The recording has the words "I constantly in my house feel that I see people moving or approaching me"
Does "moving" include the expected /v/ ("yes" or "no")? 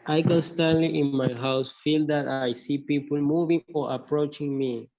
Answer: yes